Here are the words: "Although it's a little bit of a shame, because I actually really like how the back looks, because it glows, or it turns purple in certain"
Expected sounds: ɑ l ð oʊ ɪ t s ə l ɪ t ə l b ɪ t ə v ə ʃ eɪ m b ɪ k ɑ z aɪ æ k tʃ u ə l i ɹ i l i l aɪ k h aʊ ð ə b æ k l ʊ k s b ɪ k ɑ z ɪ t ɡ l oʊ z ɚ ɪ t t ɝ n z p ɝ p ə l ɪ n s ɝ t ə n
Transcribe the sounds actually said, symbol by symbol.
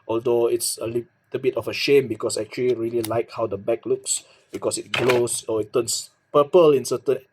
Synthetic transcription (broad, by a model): ɑ l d oʊ ɪ t s ə l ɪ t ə b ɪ t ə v ə ʃ eɪ m b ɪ k ɑ s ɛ k tʃ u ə l i ɹ i l i l aɪ k h aʊ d ə b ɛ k l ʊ k s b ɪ k ɑ s ɪ t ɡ l oʊ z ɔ ɪ t t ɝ n s p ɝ p ə l ɪ n s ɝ t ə n